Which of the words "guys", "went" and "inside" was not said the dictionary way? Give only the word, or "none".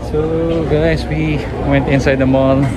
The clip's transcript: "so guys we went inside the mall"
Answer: guys